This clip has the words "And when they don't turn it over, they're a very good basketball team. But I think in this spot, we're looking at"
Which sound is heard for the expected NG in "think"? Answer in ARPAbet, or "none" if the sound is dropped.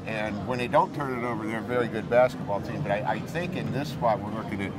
NG